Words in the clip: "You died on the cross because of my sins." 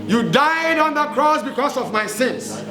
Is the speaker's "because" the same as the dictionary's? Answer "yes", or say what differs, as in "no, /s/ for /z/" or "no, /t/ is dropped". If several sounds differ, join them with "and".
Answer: no, /s/ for /z/